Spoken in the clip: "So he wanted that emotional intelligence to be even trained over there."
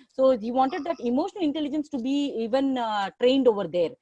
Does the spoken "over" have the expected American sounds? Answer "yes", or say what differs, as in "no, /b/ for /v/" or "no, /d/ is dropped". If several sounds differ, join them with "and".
yes